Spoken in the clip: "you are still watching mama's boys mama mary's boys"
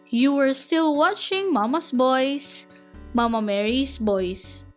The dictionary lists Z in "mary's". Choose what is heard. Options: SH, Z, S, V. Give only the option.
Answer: S